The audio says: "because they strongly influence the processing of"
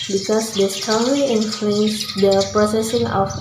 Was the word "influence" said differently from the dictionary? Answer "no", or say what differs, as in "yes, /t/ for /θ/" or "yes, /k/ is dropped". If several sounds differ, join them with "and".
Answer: yes, /l/ is dropped